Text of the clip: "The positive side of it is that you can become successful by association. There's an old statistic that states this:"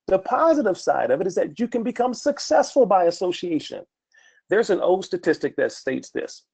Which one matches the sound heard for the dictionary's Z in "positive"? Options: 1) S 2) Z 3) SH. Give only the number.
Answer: 2